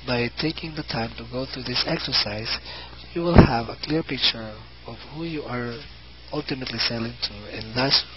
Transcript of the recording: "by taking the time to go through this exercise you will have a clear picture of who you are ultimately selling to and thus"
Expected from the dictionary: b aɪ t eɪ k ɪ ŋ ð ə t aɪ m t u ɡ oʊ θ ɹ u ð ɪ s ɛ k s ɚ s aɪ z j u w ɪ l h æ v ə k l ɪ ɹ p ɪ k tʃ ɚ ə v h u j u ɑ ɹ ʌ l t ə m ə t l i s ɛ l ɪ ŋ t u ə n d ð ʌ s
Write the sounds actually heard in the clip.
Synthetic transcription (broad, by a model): b aɪ t eɪ k ɪ ŋ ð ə t aɪ m t u ɡ oʊ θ ɹ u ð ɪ s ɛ k s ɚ s aɪ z j u w ɪ l h æ v ə k l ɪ ɹ p ɪ k tʃ ɚ ə v h u j u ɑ ɹ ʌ l t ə m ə t l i s ɛ l ɪ ŋ t u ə n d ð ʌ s